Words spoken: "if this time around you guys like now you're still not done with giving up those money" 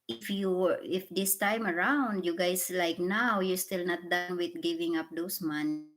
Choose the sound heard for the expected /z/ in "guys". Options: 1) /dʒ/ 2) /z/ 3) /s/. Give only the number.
3